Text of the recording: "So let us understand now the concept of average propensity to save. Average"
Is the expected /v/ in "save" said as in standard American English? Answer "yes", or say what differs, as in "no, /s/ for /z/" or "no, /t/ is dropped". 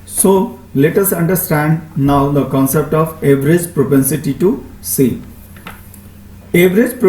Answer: no, /v/ is dropped